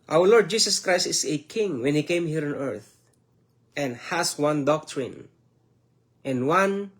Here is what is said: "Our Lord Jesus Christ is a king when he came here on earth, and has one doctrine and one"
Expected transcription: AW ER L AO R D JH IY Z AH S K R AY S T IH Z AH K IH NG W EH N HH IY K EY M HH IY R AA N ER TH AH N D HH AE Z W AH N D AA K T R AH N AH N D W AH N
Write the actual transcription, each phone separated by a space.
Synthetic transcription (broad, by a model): AW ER L AO R D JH IY S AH S K R AY S T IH S AH K IH NG W EH N HH IY K EY M HH IY R AA N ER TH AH N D HH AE S W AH N D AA K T R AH N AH N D W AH N